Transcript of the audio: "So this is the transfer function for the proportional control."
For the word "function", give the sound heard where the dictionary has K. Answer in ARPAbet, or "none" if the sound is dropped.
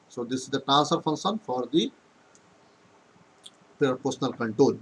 K